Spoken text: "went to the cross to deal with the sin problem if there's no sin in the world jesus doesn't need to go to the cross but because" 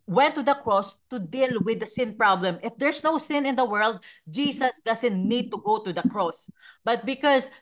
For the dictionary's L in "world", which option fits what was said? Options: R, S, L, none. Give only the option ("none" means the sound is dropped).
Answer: L